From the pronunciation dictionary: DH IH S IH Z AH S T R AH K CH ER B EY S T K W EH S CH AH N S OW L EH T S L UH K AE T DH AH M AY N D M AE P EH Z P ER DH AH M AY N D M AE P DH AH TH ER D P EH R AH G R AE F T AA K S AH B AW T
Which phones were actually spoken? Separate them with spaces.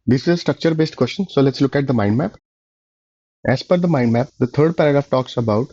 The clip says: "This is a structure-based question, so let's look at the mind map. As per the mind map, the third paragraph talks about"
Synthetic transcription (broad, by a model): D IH S IH Z AH S T R AH K CH ER B EY S T K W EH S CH AH N S OW L EH T S L UH K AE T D AH M AY N D M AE P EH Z F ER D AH M AY N D M AE P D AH T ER D P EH R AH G R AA F T AA K S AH B AW T